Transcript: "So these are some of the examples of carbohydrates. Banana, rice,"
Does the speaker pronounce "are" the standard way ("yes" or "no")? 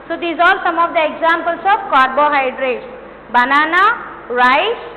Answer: no